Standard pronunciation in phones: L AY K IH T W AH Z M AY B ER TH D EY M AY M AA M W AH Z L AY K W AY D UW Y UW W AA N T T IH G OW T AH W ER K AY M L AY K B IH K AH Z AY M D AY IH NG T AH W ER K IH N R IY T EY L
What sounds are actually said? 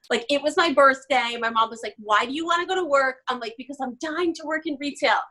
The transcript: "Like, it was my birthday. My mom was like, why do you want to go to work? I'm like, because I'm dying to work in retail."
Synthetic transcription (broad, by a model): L AY K IH T W AH Z M AY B ER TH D EY M AY M AA M W AH Z L AY K W AY D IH Y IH W AA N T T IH G OW T AH W ER K AY M L AY K B IH K AH Z AY M D AY IH NG T AH W ER K IH N R IY T EY L